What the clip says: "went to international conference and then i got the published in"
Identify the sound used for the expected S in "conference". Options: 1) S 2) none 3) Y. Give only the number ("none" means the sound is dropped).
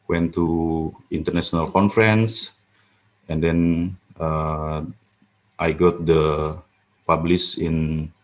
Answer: 1